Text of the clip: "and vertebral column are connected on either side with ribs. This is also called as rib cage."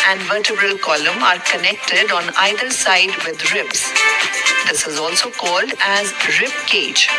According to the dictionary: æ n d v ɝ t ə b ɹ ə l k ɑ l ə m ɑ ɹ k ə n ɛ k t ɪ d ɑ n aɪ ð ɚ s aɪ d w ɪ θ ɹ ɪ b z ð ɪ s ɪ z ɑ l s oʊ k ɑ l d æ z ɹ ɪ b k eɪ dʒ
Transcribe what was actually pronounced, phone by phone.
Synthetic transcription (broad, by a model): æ n d v ɝ t ə b ɹ ə l k ɑ l ə m ɑ ɹ k ə n ɛ k t ɪ d ɑ n aɪ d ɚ s aɪ d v ɪ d ɹ ɪ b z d ɪ s ɪ z ɑ l s oʊ k ɑ l d æ z ɹ ɪ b k eɪ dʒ